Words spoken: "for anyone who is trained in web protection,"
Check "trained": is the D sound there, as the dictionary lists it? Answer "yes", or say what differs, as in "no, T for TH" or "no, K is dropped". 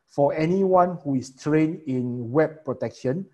no, D is dropped